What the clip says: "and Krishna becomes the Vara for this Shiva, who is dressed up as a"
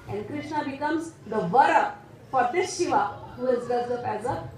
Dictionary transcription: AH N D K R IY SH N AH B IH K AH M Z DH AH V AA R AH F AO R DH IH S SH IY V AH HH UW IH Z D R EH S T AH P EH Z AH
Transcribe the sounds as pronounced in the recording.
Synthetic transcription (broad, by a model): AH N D K R IY SH N AH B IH K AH M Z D AH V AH R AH F AO R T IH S SH IY V AH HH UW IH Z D EH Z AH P EH Z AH